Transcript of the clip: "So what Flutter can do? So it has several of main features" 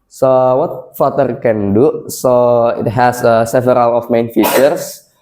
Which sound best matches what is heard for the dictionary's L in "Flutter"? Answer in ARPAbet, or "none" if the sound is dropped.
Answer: none